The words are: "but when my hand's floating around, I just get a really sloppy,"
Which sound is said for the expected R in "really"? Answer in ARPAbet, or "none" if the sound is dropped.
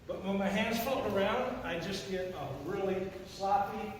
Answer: R